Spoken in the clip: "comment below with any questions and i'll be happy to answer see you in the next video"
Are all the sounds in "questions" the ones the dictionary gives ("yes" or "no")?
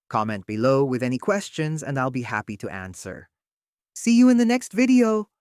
yes